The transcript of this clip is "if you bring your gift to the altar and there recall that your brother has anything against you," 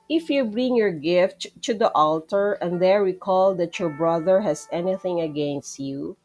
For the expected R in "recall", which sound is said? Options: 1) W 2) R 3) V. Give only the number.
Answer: 1